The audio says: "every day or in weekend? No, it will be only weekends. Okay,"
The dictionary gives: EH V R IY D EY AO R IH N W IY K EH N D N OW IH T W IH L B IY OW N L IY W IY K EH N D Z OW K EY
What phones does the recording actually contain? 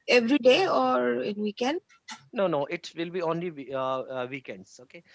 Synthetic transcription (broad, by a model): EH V R IY D EY AO R IH N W IY K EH N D N OW IH T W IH L B IY OW N L IY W IY K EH N D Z OW K EY